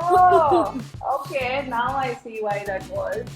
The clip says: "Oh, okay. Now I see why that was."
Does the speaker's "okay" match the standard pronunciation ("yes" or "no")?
yes